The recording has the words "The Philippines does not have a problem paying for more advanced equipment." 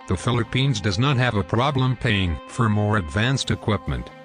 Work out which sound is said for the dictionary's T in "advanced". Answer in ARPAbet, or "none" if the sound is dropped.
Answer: T